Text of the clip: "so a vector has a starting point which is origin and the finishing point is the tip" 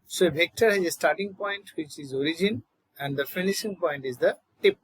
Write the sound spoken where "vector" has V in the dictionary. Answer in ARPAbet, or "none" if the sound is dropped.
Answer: B